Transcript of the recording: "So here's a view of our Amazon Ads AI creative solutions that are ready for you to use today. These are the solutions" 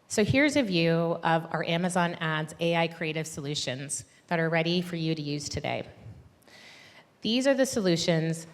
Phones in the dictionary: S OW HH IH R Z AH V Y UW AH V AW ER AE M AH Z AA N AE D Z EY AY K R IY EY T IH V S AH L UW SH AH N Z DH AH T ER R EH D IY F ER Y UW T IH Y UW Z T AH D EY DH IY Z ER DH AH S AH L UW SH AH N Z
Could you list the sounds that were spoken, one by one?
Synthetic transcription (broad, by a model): S OW HH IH R Z AH V Y UW AH V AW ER AE M AH Z AA N AE D Z EY AY K R IY EY T IH V S AH L UW SH AH N Z DH AH T ER R EH D IY F ER Y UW T IH Y UW Z T AH D EY DH IY Z ER DH AH S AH L UW SH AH N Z